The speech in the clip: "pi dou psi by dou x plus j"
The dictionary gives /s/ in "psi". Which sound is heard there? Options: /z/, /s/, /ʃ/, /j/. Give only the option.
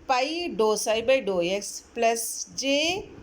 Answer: /s/